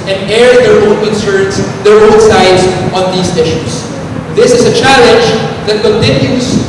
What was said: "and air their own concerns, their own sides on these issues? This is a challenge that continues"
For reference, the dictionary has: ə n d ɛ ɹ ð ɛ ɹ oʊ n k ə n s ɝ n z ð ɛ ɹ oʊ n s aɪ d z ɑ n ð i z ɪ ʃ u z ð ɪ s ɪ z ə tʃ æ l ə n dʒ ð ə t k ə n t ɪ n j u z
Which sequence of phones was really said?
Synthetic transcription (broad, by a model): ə n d ɛ ɹ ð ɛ ɹ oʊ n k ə n s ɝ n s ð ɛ ɹ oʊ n s aɪ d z ɑ n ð i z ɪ ʃ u s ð ɪ s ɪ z ə tʃ æ l ə n dʒ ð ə t k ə n t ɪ n j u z